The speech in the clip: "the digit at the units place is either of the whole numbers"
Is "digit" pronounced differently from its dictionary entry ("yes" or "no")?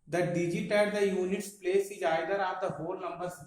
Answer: no